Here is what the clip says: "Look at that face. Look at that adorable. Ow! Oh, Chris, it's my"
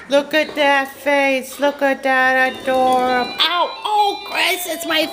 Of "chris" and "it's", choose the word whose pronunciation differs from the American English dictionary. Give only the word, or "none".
none